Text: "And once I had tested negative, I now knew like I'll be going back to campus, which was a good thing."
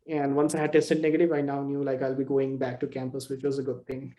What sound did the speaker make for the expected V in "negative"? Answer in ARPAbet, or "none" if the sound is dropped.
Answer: V